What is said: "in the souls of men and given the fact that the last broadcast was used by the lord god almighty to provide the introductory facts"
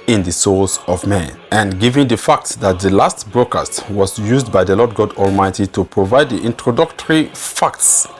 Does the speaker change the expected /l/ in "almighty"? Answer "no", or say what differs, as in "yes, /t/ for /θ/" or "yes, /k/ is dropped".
no